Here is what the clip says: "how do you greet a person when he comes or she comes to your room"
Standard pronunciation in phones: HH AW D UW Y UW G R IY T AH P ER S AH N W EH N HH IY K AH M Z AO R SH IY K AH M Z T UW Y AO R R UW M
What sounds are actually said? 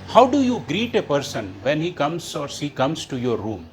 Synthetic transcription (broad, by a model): HH AW D UW Y UW G R IY T AH P ER S AH N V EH N HH IY K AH M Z AO R S IY K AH M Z T UW Y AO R R UW M